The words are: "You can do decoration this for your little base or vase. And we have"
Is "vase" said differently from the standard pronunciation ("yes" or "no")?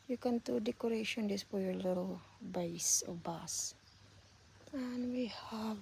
yes